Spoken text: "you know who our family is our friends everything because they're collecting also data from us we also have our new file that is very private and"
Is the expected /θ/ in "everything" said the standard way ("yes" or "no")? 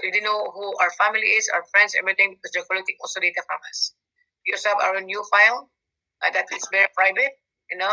no